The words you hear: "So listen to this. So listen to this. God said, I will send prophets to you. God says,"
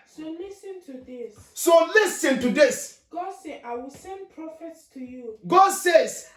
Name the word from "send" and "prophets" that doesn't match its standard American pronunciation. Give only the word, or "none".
none